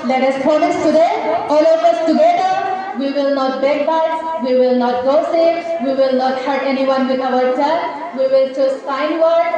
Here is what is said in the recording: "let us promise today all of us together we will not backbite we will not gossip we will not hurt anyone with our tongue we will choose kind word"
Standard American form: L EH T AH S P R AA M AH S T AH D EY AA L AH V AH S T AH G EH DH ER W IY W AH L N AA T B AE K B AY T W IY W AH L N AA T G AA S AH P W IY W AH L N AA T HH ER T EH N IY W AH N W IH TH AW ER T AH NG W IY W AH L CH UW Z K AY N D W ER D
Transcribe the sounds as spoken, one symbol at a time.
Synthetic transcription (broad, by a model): L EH T AH S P AA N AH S T AH D EY AA L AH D AH S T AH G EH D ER W IY W AH L N AA T B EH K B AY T W IY W AH L N AA T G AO S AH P W IY W AH L N AA T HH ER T EH N IY W AH N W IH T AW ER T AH W IY W AH L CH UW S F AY N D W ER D